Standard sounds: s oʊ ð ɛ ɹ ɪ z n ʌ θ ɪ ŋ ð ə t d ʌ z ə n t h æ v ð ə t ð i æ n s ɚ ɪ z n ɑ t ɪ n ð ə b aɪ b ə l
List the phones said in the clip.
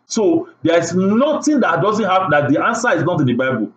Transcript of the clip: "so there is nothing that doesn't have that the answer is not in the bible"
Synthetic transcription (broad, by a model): s oʊ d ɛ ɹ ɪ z n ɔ t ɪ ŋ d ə t d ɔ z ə n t h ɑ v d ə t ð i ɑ n s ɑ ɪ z n ɑ t ɪ n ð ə b aɪ b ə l